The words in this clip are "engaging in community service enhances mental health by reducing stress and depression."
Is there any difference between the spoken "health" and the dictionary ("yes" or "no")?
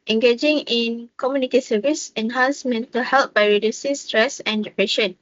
yes